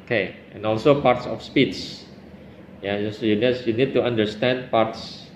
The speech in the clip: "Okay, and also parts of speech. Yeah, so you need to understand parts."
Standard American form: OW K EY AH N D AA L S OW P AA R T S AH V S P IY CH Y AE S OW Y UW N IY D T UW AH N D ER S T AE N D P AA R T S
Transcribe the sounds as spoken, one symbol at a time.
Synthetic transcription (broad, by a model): K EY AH N AA L S OW P AA R T S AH F S P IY S Y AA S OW Y UW N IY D T UW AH N D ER S T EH N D P AA R T S